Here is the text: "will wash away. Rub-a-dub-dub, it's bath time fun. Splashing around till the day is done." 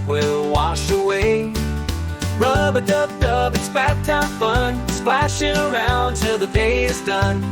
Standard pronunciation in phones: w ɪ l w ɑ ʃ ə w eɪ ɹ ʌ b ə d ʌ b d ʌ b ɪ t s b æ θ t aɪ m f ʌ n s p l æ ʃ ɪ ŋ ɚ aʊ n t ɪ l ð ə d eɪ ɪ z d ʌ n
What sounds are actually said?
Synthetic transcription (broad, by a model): w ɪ l w ɑ ʃ ə w eɪ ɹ ʌ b ə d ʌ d ʌ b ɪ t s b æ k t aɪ f ʌ n s p l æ ʃ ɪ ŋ ɚ aʊ n t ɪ ð ə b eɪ ɪ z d ʌ n